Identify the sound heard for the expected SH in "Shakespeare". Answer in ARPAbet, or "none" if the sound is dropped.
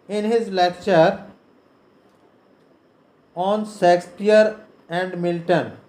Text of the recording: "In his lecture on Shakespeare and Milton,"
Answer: S